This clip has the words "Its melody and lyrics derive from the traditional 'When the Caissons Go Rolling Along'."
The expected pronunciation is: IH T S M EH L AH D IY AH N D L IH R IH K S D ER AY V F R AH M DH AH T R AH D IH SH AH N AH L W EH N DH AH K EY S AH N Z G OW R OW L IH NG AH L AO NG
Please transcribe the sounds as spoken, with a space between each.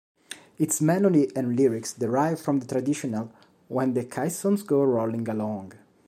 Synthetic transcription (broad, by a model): IH T S M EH N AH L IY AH N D L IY R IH K S D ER AY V F R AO M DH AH T R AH D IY SH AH N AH L W EH N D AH K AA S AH N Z G OW R OW L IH NG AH L AO NG